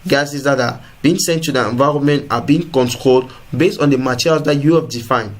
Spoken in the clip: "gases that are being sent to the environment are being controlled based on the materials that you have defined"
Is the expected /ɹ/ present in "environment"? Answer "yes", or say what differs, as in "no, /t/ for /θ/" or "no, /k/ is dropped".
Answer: yes